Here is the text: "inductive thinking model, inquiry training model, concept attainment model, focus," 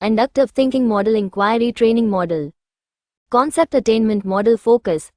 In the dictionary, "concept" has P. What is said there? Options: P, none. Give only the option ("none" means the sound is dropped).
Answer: P